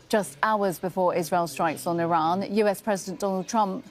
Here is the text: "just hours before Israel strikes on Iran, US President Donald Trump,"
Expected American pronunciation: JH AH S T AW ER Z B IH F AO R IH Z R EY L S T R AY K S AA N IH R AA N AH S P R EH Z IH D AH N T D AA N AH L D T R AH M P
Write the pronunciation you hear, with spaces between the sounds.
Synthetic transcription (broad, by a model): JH AH S T AW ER Z B IH F AO R IH Z R EY L S T R AY K S N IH R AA N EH S P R EH Z IH D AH N D AA N AH L D T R AH M P